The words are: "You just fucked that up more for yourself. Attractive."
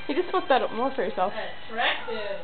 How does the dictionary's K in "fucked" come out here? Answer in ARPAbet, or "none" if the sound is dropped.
none